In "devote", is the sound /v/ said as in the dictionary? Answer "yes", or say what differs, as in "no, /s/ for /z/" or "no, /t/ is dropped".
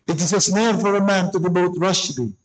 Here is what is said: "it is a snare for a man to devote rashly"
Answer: no, /b/ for /v/